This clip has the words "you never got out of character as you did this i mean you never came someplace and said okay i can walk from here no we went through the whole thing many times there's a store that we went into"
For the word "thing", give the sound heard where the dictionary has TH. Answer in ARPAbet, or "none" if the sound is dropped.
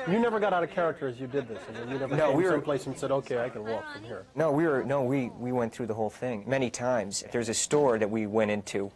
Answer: TH